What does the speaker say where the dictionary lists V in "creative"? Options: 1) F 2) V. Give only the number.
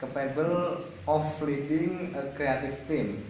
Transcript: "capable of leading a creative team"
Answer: 1